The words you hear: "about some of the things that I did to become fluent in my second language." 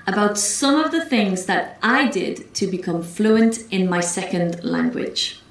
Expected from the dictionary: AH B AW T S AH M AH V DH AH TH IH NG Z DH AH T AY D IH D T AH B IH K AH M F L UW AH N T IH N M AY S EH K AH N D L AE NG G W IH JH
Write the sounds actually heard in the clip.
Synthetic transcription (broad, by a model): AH B AW T S AH M AH V DH AH TH IH NG Z DH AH T AY D IH D T AH B IH K AH M F L UW AH N T IH N M AY S EH K AH N D L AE NG G W IH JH